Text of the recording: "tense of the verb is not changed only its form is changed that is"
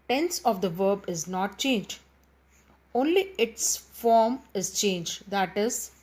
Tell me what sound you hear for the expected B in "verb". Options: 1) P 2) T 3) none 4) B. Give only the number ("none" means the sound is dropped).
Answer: 4